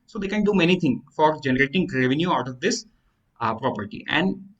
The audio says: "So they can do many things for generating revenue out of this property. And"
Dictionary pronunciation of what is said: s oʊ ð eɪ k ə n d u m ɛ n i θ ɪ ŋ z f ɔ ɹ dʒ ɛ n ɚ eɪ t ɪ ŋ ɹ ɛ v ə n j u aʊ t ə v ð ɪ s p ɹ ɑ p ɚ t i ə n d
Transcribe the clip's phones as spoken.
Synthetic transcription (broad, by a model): s oʊ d eɪ k ə n d u m ɛ n i t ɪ ŋ f ɔ ɹ dʒ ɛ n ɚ eɪ t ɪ ŋ ɹ ɛ v ə n j u aʊ t ə v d ɪ s p ɹ ɑ p ɚ t i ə n d